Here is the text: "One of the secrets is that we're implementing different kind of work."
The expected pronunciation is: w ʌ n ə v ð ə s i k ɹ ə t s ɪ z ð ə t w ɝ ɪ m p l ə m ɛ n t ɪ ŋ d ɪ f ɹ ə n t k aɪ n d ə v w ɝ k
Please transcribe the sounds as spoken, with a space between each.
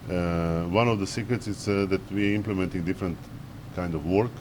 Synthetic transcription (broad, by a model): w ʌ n ə v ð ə s i k ɹ ə t s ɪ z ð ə t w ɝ ɪ m p l ə m ɛ n t ɪ ŋ d ɪ f ɹ ə n t k aɪ n d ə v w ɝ k